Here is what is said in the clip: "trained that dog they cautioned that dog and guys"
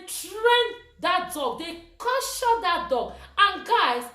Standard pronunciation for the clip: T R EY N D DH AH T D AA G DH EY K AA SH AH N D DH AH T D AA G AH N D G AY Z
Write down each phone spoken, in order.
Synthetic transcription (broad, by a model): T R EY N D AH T D AA G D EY K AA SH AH D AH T D AA G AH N G AY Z